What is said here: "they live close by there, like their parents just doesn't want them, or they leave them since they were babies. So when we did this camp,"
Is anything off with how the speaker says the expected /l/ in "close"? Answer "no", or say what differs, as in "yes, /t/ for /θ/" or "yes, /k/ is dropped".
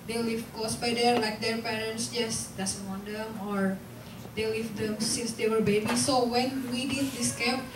yes, /l/ is dropped